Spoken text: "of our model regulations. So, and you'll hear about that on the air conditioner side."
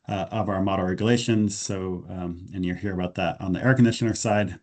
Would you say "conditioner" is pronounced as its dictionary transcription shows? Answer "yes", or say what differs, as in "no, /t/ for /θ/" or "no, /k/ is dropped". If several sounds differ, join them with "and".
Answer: yes